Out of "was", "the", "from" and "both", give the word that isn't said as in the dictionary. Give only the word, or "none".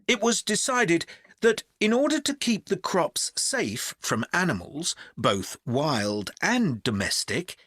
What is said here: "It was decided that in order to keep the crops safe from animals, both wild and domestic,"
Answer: none